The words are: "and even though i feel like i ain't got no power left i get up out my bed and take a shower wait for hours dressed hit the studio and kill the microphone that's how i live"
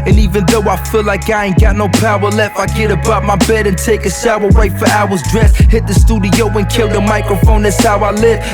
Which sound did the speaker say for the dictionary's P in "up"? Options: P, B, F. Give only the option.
B